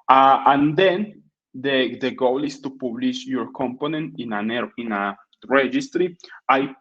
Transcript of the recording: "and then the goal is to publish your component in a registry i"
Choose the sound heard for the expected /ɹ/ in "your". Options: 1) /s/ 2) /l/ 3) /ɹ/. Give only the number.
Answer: 3